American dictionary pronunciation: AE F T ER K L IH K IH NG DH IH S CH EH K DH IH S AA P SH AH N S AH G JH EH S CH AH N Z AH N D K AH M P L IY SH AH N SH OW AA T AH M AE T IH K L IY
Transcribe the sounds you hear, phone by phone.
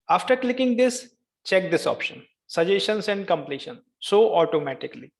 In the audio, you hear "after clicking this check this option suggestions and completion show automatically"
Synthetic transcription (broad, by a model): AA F T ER K L IH K IH NG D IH S CH EH K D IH S AA P SH AH N S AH JH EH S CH AH N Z AH N D K AH M P L IY SH AH N S OW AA T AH M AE T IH K L IY